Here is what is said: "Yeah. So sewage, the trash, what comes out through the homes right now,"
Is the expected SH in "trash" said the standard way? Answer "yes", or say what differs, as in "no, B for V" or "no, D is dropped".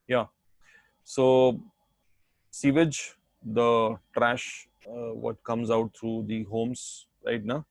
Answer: yes